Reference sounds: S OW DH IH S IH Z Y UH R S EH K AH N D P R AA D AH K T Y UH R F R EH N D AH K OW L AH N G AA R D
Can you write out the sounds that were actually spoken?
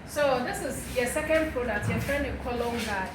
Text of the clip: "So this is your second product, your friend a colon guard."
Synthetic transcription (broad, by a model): S OW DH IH S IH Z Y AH S EH K AH N D P R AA D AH K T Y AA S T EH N AH K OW L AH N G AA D